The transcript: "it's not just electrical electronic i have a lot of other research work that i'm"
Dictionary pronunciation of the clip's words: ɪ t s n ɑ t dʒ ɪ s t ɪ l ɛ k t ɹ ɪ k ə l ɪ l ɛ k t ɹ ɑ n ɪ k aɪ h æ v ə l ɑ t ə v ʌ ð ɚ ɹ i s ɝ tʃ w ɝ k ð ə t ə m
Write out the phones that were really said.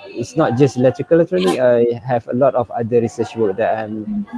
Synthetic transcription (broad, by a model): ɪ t s n ɑ t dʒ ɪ s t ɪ l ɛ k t ɪ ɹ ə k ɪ l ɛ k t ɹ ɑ n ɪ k aɪ h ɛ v ə l ɑ t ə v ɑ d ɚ ɹ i s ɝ tʃ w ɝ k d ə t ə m